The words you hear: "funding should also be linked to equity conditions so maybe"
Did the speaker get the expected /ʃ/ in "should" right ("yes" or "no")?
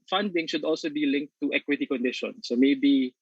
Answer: yes